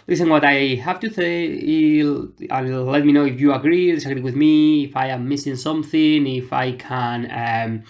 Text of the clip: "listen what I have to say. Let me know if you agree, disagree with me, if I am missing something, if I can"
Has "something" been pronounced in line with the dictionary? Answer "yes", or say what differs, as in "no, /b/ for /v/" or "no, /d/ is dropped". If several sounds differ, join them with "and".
yes